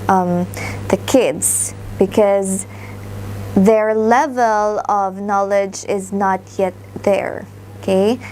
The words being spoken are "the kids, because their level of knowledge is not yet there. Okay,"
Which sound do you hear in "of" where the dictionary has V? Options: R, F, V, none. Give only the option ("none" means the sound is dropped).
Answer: V